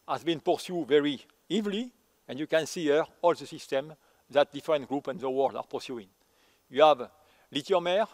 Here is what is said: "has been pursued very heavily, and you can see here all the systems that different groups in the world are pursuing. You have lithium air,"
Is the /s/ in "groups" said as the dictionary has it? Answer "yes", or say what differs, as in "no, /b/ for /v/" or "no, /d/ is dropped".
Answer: no, /s/ is dropped